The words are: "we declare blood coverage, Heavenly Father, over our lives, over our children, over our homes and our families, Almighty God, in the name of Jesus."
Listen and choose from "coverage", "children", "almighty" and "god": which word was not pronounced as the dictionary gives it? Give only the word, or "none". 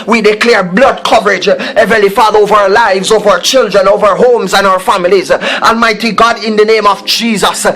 none